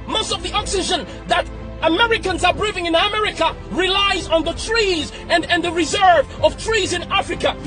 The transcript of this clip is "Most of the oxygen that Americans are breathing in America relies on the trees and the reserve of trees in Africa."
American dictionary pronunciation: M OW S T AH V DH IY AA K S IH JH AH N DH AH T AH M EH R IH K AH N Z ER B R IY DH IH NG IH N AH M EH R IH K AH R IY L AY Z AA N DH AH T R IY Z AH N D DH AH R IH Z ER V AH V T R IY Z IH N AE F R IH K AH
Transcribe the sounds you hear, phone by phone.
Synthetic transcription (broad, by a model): M OW S T AH V DH IY AA K S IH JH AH N DH AH T AH M EH R IH K AH N Z ER B R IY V IH NG IH N AH M EH R IH K AH R IY L AY Z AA N DH AH T R IY Z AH N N DH AH R IH Z ER V AH V T R IY Z IH N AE F R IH K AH